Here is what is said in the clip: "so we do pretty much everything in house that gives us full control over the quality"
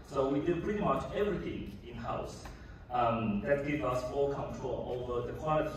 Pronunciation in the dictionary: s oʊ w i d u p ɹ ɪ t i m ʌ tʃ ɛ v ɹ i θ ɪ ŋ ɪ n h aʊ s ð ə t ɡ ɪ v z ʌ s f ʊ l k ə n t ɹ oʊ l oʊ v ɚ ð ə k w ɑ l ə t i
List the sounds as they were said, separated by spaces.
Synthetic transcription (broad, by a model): s oʊ w i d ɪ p ɹ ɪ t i m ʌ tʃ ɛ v ɹ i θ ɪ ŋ ɪ n h aʊ s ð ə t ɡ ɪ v ʌ s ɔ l k ə n t ɹ oʊ l oʊ v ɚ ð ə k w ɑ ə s